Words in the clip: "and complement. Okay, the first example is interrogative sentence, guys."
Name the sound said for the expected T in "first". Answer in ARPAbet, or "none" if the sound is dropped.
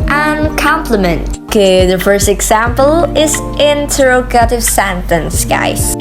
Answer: T